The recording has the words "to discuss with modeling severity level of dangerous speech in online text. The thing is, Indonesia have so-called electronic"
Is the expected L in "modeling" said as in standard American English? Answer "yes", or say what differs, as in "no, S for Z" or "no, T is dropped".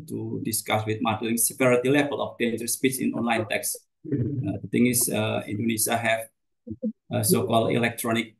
yes